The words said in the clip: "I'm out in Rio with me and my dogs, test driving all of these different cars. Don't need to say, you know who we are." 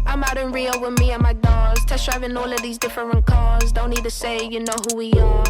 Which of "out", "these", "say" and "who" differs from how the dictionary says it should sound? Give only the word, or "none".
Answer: none